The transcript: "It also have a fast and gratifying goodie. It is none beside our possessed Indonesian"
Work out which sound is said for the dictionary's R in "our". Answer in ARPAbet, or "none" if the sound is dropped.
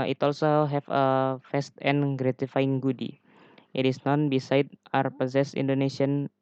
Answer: R